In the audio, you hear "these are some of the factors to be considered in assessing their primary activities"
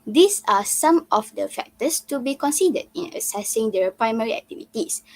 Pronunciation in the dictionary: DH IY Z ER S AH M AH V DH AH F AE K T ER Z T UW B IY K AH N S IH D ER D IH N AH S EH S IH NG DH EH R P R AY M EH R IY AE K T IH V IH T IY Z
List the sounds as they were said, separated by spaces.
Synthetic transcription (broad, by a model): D IY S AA S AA M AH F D AH F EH K T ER S T UW B IY K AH N S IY D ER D IH N AH S EH S IH NG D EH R P R AY M EH R IY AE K T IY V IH T IY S